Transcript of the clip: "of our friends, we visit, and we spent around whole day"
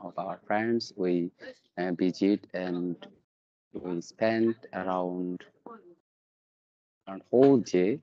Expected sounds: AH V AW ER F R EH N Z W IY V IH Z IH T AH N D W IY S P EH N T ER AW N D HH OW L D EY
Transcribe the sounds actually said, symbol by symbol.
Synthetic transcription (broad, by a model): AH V AW ER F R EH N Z W IY B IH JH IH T AH N D W IY S P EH N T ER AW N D HH OW L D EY